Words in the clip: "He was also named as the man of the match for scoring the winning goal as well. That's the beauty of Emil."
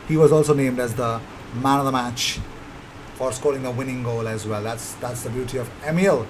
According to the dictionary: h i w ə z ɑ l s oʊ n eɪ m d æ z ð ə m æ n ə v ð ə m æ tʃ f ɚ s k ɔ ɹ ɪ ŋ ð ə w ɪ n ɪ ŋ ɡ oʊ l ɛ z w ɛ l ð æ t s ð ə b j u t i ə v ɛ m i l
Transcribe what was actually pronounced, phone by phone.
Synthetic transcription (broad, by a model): h i w ə z ɑ l s oʊ n eɪ m d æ z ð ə m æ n ə v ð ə m æ tʃ f ɚ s k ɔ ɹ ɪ ŋ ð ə w ɪ n ɪ ŋ ɡ oʊ l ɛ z w ɛ l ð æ t s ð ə b j u t i ə v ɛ m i l